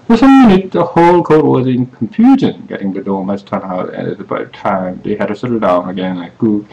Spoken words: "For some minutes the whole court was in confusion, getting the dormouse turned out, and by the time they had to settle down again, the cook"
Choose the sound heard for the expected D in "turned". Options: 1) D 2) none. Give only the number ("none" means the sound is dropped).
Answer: 2